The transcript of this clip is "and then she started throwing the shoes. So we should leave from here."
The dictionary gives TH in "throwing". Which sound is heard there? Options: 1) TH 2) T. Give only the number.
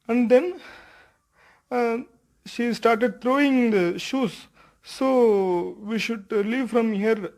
2